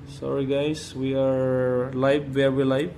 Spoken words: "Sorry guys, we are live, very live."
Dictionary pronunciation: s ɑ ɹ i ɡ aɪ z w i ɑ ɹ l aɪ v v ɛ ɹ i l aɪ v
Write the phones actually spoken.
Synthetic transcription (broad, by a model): s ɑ ɹ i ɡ aɪ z w i ɑ ɹ l aɪ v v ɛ w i l aɪ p